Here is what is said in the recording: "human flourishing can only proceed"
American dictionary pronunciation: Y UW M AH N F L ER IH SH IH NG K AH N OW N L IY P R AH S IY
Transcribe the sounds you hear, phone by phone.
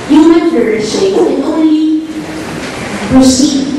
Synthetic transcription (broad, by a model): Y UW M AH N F ER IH IH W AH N OW N L IY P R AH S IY